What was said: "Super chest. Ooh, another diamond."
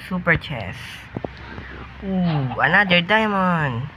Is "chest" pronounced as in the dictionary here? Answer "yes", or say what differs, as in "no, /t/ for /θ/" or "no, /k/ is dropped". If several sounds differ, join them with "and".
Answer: no, /t/ is dropped